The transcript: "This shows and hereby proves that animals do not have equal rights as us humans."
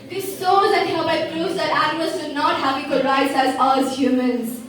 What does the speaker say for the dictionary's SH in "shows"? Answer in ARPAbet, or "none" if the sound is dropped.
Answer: S